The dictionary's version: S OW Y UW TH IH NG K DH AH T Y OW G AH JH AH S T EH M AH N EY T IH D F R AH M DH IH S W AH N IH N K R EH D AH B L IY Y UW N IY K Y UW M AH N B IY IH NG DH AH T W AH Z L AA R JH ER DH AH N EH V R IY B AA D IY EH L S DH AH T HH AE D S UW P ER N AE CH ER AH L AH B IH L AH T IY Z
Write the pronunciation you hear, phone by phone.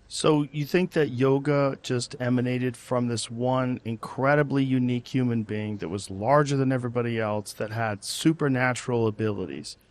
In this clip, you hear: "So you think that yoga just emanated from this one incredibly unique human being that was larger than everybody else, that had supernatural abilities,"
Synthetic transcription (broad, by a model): S OW Y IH TH IH NG K DH AH T Y OW G AH JH AH S T EH M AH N EY T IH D F R AH M DH IH S W AH N IH N K R EH D AH B L IY Y UW N IY K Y UW M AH N B IY IH NG DH AH T W AH Z L AA R JH ER DH AH N EH V R IY B AA D IY EH L S DH AH T HH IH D S UW P ER N AE CH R L AH B IH L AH T IY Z